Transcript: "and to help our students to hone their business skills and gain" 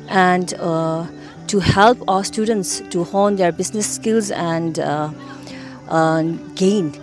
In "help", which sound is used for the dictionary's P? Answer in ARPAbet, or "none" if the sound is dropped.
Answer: P